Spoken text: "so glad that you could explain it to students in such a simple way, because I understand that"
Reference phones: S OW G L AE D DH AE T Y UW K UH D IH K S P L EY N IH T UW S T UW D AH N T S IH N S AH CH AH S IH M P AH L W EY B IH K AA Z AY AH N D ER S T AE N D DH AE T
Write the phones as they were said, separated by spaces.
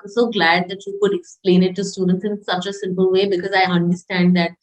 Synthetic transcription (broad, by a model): S OW G L AE D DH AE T Y UW K UH D IH K S P L EY N IH T UW S T UW D AH N T S IH N S AH CH AH S IH M P AH L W EY B IH K AA Z AY AH N D ER S T AE N D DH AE T